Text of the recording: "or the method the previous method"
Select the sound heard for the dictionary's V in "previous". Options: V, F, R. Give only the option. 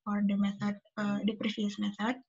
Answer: F